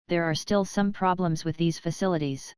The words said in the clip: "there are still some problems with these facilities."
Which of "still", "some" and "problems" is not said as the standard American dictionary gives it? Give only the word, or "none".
none